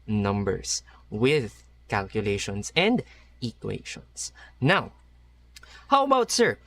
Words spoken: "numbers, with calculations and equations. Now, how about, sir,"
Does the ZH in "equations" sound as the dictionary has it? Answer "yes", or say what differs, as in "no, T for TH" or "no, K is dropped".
no, SH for ZH